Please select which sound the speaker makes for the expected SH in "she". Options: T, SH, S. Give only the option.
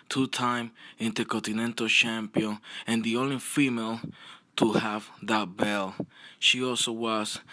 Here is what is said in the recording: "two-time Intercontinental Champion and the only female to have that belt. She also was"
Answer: SH